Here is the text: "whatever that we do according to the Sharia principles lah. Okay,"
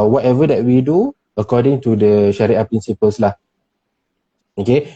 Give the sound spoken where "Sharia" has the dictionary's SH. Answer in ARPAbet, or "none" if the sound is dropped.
SH